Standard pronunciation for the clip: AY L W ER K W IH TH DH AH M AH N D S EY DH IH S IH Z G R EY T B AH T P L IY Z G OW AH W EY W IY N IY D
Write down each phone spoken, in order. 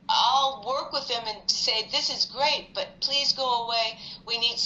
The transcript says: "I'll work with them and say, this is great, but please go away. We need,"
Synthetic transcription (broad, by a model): AY L W ER K W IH DH AH M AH N S EY DH IH S IH Z G R EY T B AH T P L IY Z G OW AH W EY W IY N IY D